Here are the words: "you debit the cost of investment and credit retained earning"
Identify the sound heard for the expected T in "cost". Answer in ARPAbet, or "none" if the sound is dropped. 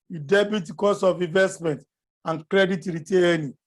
none